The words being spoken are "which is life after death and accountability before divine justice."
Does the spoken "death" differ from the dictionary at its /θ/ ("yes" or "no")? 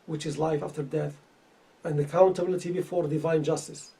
no